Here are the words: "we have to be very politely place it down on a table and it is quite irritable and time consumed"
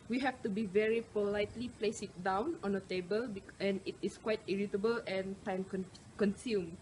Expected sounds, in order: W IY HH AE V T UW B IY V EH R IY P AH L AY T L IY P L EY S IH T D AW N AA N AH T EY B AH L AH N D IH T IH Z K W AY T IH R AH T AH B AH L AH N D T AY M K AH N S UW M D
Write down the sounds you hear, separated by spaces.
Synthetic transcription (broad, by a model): W IY HH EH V T UW B IY V EH R IY P AH L AY T L IY P L EY S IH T D AW N AA N AH T EY B AH L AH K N IH T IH S K W AY T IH R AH T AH B AH L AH N T AY M K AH N S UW M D